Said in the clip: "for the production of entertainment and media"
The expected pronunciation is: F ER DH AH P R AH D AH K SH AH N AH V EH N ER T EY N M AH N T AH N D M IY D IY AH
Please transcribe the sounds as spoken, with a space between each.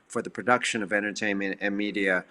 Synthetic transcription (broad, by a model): F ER DH AH P R AH D AH K SH AH N AH V EH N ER T EY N M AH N T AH N M IY D IY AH